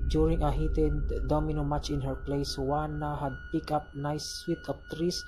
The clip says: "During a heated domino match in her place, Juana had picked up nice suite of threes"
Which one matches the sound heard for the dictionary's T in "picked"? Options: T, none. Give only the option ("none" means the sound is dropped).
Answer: none